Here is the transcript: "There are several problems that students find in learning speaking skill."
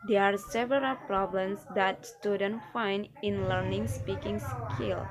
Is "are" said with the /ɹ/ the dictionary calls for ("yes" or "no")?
yes